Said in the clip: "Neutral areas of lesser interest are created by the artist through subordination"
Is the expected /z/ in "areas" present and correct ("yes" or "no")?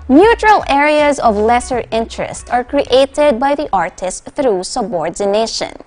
yes